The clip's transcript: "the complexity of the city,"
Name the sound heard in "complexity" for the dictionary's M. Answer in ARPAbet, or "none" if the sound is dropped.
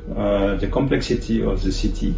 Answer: M